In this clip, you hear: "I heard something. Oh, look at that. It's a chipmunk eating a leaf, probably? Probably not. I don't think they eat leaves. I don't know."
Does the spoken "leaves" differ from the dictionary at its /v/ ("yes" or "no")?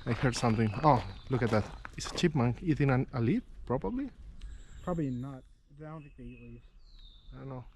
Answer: yes